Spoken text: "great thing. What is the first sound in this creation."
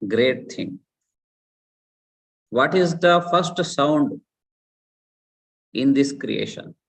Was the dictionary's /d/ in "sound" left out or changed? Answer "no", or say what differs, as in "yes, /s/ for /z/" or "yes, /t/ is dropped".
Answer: no